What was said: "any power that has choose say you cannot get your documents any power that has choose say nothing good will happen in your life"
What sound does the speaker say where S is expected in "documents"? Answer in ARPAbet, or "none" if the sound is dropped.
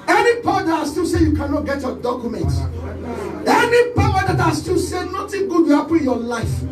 none